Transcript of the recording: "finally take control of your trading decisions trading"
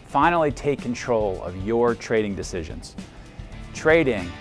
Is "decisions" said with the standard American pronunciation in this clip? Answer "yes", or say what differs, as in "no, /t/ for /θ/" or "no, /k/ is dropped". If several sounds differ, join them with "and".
yes